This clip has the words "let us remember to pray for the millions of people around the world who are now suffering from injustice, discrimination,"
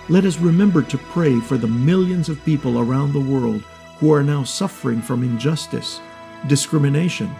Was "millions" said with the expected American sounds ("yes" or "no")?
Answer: yes